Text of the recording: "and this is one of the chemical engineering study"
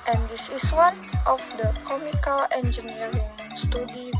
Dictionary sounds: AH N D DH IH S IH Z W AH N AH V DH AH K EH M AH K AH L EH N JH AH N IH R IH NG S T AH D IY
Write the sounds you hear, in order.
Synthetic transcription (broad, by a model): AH N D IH S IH S W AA N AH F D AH K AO M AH K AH L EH N JH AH N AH R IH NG S T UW D IY